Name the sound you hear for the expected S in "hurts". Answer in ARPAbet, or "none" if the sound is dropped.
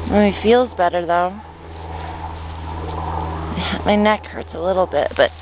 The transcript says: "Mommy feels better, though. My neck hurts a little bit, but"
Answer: S